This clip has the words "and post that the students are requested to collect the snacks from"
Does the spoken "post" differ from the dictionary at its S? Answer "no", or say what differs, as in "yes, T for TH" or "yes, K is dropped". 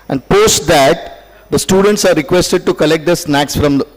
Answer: no